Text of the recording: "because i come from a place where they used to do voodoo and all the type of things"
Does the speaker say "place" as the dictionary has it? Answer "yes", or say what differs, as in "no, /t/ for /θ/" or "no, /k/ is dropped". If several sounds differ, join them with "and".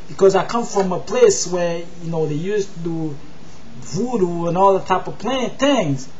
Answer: yes